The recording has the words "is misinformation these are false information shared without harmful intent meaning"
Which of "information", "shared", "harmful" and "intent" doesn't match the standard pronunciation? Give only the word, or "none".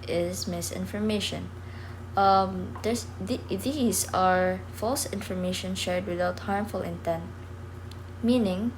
none